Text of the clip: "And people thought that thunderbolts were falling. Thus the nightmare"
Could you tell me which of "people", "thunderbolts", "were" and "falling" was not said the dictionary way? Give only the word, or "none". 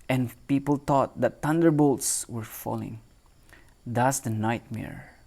thunderbolts